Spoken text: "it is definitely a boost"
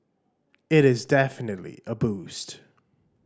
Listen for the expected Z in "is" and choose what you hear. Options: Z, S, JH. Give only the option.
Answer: Z